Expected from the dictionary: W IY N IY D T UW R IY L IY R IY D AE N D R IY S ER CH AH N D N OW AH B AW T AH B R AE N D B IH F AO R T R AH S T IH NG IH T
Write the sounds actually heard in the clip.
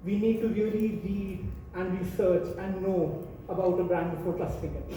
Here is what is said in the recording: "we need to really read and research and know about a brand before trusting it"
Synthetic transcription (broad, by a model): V IY N IY D T UW R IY L IY R IY D AE N D R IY S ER CH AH N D N OW AH B AW T AH B R AE N D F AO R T AH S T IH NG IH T